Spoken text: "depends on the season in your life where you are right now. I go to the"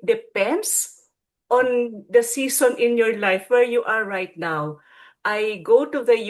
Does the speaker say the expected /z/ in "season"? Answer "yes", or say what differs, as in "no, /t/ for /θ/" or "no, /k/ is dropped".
no, /s/ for /z/